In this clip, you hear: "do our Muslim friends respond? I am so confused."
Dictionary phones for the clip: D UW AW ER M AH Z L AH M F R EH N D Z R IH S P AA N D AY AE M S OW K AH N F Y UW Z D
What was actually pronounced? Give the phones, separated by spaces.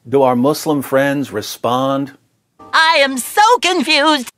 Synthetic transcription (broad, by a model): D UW AW ER M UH S L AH M F R EH N D Z R IH S P AA N D AY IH M S OW K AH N F Y UW Z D